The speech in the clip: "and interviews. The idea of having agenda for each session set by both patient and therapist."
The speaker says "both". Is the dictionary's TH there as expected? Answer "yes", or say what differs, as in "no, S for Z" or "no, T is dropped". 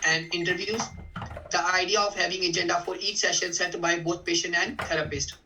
no, T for TH